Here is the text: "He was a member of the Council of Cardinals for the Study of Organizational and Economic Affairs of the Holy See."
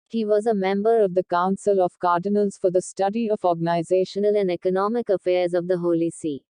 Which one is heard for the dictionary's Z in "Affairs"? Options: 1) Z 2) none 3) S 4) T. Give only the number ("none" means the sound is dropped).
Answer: 1